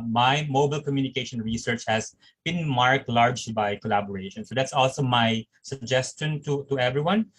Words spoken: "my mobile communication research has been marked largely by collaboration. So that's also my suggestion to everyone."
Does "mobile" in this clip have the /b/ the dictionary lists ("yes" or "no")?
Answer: yes